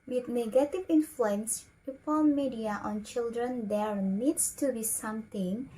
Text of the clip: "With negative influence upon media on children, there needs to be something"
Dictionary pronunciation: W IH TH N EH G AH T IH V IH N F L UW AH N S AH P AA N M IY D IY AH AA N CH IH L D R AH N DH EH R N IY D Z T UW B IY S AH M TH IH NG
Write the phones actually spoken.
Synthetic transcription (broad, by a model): W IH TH N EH G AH T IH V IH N F L UW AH N S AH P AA L M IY D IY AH AA N CH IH L D R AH N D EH R N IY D S T UW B IY S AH M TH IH NG